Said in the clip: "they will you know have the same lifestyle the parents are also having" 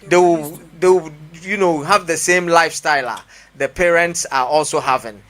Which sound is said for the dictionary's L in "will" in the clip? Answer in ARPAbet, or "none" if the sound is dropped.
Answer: W